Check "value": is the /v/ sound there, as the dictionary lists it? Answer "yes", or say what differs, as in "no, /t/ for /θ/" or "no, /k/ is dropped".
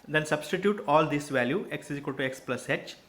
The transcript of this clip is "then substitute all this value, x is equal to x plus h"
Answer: yes